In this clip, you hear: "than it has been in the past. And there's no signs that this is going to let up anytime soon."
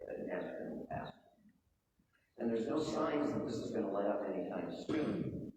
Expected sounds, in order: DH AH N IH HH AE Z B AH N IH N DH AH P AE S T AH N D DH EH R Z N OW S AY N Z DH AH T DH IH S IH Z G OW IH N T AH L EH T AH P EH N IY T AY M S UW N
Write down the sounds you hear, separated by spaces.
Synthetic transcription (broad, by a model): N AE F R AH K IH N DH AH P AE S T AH N DH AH R Z N OW S AY N Z DH AH T DH IH S IH Z G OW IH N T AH L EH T AH P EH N IY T AY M S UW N